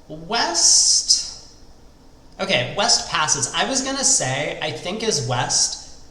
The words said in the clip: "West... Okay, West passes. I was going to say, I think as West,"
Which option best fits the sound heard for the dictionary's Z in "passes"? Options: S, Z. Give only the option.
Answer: Z